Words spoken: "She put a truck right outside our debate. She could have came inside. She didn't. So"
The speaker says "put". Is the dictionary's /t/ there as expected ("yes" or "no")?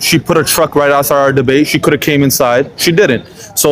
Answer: yes